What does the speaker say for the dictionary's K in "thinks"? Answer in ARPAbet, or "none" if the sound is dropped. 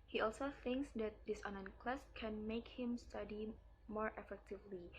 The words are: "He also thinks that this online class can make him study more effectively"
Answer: K